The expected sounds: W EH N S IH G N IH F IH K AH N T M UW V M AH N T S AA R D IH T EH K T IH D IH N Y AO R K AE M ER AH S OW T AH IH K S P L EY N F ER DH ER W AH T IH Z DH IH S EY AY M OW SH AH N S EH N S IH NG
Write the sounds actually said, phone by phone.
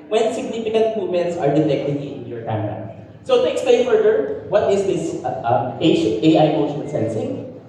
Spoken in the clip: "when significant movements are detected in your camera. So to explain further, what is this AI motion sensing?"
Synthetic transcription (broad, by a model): W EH N S IH G N IH F IH K AH N T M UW M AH N T S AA R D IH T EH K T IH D IH N Y AO R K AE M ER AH S OW T AH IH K S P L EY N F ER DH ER W AH T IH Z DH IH S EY AY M OW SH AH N S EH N S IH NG